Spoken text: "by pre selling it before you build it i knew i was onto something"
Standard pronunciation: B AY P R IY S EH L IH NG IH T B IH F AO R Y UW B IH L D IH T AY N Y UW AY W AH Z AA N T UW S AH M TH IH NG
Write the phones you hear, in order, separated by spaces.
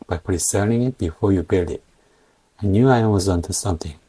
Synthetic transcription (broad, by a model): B AY P R IY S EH N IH NG IH T B IH F AO R Y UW B IH L D IH T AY N Y UW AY W AH Z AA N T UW S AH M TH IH NG